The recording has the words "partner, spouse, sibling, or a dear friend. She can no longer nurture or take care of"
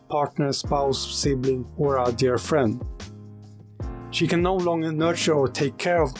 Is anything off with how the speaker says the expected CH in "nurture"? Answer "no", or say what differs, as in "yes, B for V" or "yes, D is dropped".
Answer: no